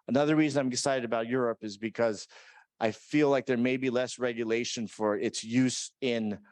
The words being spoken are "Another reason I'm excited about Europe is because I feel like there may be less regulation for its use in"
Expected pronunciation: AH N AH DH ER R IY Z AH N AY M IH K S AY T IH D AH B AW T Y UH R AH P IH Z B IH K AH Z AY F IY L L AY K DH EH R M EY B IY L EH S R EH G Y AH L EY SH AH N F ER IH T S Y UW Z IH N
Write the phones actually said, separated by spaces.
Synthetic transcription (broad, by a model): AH N AH DH ER R IY Z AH N AY M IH S AY T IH D AH B AW T Y UH R AH P IH Z B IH K AH Z AY F IY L L AY K DH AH R M EY B IY L EH S R EH G Y AH L EY SH AH N F ER IH T S Y UW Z IH N